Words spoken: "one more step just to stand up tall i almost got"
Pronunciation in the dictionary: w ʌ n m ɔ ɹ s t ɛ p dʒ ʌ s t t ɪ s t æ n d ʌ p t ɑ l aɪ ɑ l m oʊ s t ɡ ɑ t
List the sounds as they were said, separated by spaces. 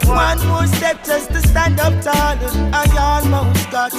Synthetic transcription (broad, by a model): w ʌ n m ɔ s t ɛ p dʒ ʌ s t t ɪ s t æ n d ʌ p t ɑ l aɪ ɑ n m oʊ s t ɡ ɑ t